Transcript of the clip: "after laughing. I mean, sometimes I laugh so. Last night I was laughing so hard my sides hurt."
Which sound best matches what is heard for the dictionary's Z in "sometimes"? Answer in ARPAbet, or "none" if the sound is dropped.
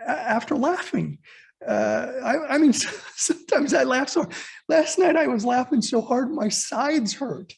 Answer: Z